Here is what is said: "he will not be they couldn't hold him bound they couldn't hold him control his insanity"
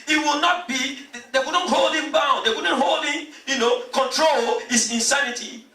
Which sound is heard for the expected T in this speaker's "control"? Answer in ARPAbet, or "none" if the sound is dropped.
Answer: T